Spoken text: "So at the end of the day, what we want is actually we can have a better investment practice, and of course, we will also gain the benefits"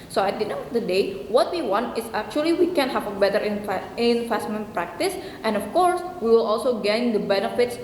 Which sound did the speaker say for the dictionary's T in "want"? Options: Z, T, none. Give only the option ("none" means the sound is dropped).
T